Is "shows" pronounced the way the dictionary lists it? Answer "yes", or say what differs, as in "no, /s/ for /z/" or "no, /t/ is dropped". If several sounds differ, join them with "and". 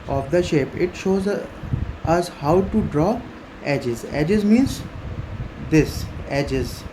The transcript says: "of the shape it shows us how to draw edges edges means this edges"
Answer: yes